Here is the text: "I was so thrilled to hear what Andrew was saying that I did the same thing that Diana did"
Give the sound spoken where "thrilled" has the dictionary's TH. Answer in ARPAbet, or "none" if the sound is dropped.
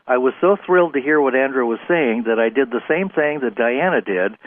TH